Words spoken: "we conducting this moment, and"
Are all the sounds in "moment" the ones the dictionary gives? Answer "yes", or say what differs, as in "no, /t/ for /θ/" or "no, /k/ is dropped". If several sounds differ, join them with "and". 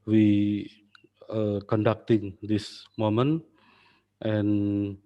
yes